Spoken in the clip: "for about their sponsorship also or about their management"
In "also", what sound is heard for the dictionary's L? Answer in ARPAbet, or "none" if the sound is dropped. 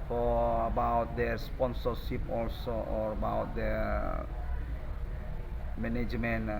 L